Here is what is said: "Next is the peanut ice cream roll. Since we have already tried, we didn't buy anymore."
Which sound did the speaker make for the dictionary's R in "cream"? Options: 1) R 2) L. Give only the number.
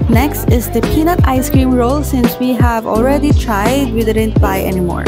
1